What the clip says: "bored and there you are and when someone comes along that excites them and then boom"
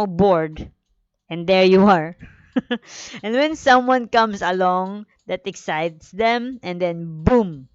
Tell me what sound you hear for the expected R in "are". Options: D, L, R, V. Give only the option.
R